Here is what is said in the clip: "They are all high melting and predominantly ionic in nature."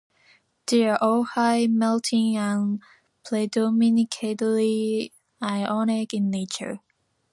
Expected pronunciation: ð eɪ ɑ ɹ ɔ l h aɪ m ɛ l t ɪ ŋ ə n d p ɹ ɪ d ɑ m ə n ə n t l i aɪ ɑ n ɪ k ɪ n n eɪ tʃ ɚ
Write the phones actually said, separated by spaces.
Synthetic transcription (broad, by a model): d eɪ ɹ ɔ h aɪ m ɛ l t ɪ ŋ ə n p l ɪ d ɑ m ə n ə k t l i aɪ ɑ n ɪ k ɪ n n eɪ tʃ ɚ